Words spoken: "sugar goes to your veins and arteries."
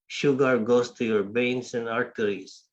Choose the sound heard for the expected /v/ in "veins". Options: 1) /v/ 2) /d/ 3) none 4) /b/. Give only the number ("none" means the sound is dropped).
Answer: 4